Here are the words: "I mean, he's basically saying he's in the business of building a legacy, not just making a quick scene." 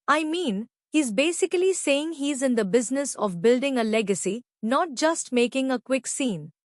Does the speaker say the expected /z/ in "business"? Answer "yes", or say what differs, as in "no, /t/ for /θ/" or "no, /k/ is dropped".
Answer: yes